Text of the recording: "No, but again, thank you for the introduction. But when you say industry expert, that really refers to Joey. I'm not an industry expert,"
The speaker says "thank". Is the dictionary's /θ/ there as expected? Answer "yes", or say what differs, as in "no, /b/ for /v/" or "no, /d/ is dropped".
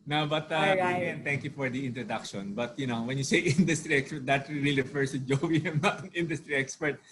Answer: no, /t/ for /θ/